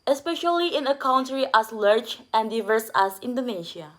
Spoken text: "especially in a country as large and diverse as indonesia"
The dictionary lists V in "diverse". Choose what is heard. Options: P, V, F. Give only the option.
V